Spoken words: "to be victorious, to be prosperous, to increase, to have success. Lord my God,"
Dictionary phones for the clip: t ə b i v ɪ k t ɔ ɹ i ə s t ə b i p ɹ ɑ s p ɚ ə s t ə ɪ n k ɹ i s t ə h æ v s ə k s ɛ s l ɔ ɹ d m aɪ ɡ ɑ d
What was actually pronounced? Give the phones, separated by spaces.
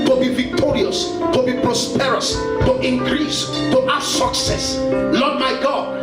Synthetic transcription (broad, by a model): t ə b i v ɪ k t ɔ ɹ i ə s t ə b i p ɹ ɑ s p ɚ ə s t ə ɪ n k ɹ i s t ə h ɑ s ə k s ɛ s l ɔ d m aɪ ɡ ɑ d